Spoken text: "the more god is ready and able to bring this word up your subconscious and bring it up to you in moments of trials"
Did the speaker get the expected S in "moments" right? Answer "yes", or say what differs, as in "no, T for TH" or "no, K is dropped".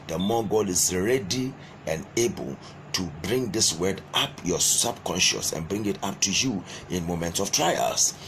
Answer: yes